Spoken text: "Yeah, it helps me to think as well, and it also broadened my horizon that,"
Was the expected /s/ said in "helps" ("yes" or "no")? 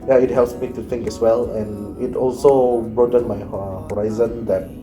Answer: yes